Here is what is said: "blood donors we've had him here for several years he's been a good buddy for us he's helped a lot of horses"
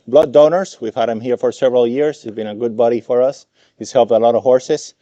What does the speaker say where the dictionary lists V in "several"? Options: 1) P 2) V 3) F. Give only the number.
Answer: 2